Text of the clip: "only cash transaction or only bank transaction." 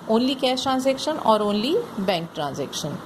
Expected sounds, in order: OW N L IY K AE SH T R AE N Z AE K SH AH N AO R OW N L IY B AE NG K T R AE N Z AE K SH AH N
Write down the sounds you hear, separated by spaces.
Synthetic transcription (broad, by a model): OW N L IY K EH S T R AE N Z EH K SH AH N AO R OW N L IY B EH NG K T R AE N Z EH K SH AH N